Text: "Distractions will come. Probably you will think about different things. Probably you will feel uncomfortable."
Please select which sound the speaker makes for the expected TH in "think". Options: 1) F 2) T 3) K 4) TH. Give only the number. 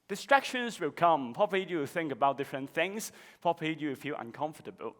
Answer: 4